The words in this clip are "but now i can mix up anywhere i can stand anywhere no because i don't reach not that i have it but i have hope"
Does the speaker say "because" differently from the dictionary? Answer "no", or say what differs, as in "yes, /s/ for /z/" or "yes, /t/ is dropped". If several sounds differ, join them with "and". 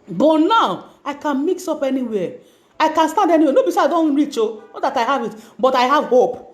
yes, /z/ is dropped